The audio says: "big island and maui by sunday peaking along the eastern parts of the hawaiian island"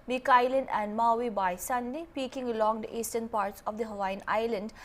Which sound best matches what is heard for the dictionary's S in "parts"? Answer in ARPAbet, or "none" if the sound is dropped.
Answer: S